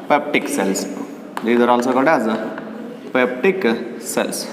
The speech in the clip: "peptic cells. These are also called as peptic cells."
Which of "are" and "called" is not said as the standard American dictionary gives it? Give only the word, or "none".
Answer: called